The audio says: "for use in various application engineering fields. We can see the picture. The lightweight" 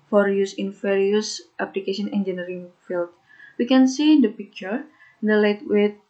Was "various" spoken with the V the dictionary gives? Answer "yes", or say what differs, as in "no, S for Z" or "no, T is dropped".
no, F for V